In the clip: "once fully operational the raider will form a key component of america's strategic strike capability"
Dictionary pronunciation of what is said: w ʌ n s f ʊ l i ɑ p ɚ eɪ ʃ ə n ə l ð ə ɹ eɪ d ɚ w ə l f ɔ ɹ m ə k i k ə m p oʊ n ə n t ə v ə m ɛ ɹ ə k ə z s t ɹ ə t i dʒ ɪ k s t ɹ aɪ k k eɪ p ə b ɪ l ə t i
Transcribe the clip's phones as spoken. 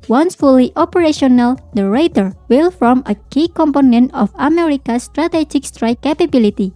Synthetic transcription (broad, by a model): w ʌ n s f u l i ɑ p ɚ eɪ ʃ ə n ə l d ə ɹ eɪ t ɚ w ə l f ɔ ɹ m ə k i k ə m p oʊ n ə n t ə f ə m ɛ ɹ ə k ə s t ɹ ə t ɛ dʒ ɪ k s t ɹ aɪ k k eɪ p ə b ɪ l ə t i